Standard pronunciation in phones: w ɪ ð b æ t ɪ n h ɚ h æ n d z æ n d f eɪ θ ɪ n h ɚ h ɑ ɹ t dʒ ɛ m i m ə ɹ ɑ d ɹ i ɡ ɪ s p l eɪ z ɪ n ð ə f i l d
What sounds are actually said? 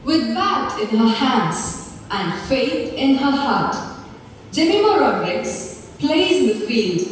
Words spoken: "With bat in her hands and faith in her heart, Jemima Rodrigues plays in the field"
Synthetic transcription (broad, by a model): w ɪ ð b æ t ɪ n h ɚ h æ n d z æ n d f eɪ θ ɪ n h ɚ h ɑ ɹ t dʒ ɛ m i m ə ɹ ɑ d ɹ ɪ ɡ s p l eɪ ɪ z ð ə f i l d